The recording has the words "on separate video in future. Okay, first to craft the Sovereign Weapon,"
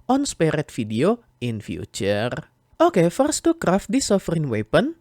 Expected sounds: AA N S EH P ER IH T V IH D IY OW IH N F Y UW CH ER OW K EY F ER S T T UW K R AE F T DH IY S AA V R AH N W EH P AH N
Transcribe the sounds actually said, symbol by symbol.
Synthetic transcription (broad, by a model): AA N S P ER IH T F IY D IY OW IH N F Y UW CH ER OW K EY F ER S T T UW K R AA F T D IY S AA F R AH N W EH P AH N